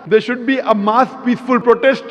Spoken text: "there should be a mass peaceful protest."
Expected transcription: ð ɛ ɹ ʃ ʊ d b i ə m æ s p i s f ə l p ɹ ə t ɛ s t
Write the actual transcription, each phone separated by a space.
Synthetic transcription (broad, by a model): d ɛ ɹ ʃ ʊ d b i ə m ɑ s p i s f ə l p ɹ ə t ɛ s t